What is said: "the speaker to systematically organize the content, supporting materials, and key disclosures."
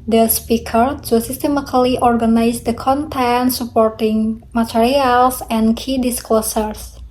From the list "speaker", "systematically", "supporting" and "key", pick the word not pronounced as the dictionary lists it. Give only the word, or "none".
systematically